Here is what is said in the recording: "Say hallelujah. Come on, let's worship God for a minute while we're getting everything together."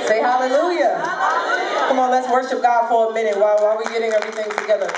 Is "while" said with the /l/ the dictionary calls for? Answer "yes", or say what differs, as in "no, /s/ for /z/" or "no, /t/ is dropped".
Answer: no, /w/ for /l/